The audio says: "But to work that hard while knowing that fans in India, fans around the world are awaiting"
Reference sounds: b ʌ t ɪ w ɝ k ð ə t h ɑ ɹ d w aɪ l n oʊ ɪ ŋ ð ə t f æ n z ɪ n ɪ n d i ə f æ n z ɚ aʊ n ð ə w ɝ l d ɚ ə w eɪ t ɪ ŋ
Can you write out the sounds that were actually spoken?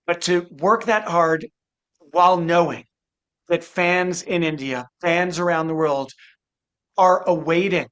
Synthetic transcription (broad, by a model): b ʌ t ɪ w ɝ k ð ə t h ɑ ɹ d w aɪ l n oʊ ɪ ŋ ð ə t f æ n z ɪ n ɪ n d i ə f æ n z ɚ aʊ n ð ə w ɝ l d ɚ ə w eɪ t ɪ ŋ